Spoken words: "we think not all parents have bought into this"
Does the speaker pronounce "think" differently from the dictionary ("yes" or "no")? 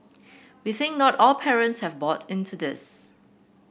no